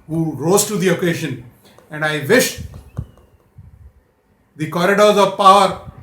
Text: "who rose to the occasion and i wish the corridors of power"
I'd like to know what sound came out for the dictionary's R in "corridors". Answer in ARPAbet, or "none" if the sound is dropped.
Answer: R